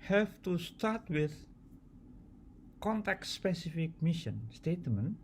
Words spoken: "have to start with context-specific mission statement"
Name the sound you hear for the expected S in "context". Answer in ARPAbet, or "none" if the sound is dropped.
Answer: none